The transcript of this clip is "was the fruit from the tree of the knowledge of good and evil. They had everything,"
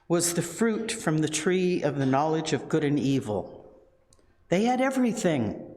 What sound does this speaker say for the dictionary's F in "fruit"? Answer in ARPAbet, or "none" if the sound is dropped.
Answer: F